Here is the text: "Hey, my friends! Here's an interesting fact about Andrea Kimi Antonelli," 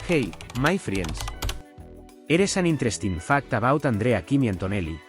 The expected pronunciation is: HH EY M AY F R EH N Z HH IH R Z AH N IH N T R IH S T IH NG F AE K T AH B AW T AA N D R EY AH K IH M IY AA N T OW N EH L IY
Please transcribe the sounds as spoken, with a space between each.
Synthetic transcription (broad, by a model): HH EY M AY F R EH N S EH R S AH N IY N T R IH S T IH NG F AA K T AH B AW T AA N D R EY AH K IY M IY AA N T OW N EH L IY